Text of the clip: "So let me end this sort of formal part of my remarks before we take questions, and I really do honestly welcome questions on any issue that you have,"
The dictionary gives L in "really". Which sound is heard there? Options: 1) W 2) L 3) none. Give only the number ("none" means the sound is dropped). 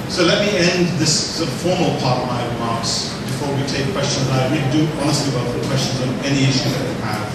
1